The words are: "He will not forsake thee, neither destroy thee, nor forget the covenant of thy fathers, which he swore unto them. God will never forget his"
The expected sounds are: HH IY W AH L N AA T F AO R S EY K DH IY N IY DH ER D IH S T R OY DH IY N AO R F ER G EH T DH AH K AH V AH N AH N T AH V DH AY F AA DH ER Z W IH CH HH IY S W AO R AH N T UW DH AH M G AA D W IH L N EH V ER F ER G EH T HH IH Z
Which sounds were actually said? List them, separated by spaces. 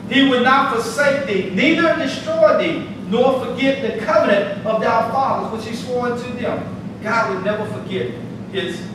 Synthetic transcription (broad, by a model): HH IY W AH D N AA T F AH R S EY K DH IY N IY DH ER D IH S T R OY DH IY N AO R F ER G EH T DH AH K AH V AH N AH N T AH V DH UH F AA DH ER Z W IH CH HH IY S W AO R AH N T UW DH AH M G AA D W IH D N EH V ER F ER G EH T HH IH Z